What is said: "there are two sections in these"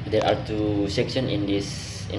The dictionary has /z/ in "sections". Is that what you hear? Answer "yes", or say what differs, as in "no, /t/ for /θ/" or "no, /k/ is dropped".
no, /z/ is dropped